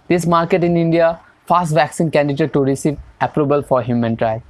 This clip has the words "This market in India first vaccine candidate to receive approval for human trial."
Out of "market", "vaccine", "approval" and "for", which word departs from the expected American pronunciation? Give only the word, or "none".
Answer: approval